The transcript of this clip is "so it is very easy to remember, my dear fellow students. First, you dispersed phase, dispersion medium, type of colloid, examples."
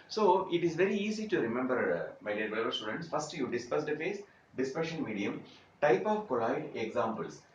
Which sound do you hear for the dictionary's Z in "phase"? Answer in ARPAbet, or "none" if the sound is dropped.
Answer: S